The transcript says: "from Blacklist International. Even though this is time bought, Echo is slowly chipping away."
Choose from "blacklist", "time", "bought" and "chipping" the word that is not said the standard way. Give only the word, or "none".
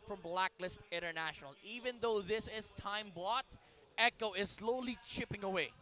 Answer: none